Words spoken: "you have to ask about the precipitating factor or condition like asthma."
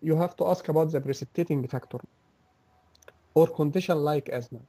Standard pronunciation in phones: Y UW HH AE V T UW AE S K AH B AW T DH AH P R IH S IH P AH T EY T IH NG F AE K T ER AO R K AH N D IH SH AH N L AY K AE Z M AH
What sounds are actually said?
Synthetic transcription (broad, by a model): Y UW HH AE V T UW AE S K AH B AW T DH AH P R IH S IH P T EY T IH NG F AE K T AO AO R K AH N D IH SH AH N L AY K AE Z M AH